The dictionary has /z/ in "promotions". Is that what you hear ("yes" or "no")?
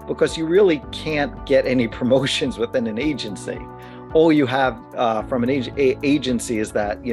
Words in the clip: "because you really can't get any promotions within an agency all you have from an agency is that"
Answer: yes